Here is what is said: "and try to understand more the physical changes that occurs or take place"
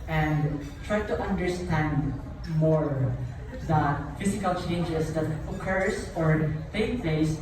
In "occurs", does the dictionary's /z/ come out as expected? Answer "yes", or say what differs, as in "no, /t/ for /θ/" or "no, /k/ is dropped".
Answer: no, /s/ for /z/